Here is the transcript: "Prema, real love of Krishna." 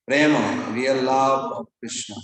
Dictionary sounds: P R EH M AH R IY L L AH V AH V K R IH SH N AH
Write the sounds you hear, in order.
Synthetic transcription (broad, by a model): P R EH M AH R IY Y L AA B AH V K R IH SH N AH